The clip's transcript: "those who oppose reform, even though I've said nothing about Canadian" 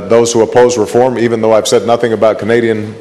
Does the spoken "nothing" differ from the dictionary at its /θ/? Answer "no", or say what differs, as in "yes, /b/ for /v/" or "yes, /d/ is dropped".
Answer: no